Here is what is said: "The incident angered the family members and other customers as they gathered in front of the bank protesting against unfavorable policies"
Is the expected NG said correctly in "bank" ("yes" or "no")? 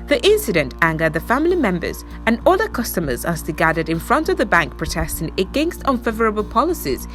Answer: yes